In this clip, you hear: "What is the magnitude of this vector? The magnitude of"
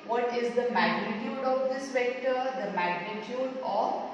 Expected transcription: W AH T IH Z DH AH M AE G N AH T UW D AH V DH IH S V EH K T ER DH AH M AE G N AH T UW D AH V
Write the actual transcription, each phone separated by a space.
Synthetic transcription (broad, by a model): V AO T IH Z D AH M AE G N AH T UW D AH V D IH S V EH K T ER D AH M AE G N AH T UW D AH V